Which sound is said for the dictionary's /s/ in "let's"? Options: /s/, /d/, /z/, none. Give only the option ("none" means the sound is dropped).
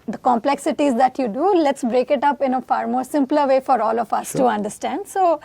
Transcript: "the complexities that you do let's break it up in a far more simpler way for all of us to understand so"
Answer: /s/